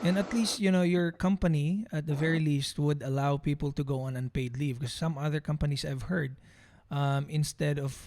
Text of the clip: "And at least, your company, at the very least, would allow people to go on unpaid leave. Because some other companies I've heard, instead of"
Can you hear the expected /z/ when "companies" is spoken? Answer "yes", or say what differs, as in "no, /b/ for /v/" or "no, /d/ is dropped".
no, /s/ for /z/